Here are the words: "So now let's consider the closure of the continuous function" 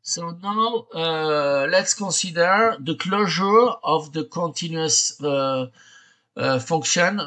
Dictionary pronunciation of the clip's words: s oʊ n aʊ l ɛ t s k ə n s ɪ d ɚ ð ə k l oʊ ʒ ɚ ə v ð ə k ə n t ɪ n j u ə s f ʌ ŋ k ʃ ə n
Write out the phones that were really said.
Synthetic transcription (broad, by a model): s oʊ n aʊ l ɛ t s k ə s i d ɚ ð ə k l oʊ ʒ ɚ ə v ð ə k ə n t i n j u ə s f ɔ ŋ k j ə n